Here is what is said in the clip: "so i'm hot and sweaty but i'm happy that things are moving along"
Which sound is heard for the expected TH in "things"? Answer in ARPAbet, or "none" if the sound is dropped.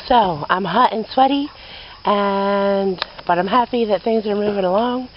TH